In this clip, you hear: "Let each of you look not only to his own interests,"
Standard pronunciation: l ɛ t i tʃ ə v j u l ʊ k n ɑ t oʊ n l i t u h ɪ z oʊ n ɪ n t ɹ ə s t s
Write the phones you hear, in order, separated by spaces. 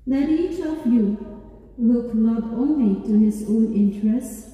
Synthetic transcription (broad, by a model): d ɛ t i tʃ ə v j u w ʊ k l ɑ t oʊ n l i t u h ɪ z oʊ n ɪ n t ɹ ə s s